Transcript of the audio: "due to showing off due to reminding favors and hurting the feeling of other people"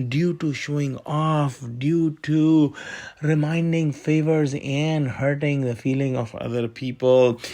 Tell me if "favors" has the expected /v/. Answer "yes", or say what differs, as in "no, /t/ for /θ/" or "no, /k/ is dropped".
yes